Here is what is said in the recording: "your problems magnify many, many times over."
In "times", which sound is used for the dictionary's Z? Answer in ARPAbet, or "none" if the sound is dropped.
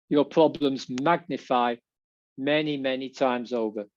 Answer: Z